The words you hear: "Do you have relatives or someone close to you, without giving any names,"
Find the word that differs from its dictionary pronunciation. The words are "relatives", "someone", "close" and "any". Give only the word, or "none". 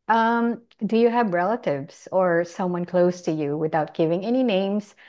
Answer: none